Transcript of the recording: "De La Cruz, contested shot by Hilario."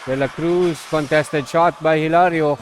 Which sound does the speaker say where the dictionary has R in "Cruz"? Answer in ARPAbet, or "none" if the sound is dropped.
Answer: R